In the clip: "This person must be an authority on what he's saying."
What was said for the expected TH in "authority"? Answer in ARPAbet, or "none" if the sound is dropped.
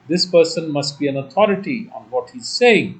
T